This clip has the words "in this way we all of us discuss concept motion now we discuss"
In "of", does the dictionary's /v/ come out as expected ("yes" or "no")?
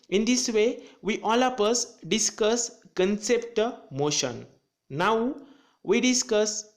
no